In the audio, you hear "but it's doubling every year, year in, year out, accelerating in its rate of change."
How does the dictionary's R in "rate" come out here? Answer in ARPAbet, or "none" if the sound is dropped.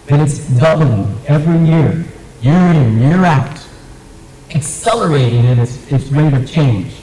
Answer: W